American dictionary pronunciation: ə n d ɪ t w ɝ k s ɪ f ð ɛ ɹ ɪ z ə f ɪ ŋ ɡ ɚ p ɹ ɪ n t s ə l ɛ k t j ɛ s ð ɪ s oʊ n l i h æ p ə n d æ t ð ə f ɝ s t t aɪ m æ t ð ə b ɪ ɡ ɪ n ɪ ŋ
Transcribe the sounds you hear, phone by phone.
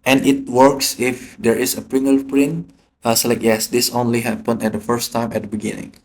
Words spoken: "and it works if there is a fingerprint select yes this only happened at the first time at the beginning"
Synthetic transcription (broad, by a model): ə n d ɪ t w ɝ k s ɪ f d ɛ ɹ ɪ s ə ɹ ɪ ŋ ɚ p ɹ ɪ n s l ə ɪ k j ɛ s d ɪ s oʊ n l i h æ p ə n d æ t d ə f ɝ s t t aɪ m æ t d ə b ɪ ɡ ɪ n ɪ ŋ